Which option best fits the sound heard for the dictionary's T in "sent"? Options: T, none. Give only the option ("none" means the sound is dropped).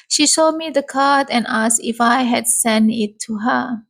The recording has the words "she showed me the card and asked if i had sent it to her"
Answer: none